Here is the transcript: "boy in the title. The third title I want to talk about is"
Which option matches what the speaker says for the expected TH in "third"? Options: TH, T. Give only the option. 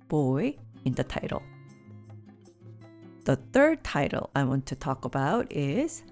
TH